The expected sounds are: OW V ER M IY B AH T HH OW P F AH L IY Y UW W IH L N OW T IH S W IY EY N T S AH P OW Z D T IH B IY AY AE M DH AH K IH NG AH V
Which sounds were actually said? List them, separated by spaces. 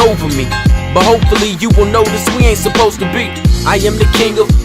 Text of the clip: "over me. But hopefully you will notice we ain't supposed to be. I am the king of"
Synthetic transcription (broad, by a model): OW V ER M IY B AH T HH OW P F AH L IY Y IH W IH L N OW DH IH S W IY EY N T S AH P OW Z T IH B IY AY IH M DH AH K IH NG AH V